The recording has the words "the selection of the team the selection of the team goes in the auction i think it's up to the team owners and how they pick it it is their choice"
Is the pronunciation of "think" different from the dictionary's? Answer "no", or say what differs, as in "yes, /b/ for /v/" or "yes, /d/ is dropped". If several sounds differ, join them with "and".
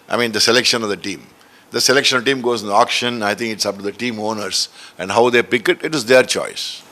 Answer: yes, /t/ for /θ/